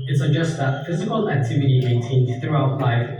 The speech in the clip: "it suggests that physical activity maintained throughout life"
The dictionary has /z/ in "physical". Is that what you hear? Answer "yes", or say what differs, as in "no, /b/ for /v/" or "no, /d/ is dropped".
yes